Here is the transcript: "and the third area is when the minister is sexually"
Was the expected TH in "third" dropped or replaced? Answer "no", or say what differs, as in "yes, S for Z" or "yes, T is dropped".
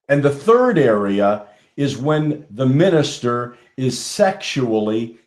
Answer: no